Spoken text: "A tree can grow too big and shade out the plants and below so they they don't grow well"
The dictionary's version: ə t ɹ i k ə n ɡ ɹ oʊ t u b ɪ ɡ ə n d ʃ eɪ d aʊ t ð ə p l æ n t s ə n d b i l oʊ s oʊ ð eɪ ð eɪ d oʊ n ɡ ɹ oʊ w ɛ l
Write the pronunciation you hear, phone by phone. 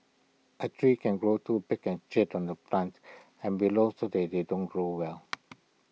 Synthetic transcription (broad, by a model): ə t ɹ i k ə n ɡ ɹ oʊ t u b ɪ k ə n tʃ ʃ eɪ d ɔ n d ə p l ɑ n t ə n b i l oʊ s oʊ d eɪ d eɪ d oʊ n ɡ ɹ oʊ w ɛ l